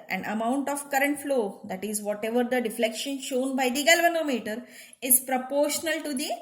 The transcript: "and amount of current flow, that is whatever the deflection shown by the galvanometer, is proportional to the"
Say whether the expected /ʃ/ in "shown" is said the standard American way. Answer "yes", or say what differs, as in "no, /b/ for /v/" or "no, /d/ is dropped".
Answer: yes